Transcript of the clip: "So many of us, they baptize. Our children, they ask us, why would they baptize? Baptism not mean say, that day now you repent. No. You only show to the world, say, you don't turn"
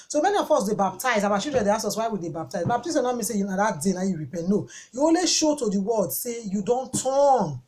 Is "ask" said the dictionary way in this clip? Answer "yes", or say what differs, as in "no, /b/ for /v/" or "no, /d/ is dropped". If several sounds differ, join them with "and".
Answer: no, /k/ is dropped